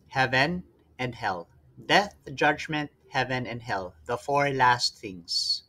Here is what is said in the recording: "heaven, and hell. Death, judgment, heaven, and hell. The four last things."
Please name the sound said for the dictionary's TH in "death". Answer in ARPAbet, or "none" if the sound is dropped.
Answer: TH